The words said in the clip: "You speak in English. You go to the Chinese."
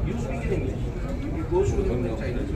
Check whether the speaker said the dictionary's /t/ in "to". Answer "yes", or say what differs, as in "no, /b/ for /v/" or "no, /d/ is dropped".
no, /s/ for /t/